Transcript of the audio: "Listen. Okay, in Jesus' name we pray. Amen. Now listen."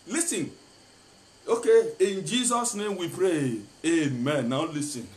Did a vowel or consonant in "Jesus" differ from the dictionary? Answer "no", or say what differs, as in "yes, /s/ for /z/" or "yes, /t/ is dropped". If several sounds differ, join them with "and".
no